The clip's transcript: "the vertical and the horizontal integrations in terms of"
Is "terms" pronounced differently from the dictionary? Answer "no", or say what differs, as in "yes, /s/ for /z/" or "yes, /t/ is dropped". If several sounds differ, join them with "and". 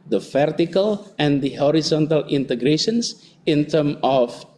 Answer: yes, /z/ is dropped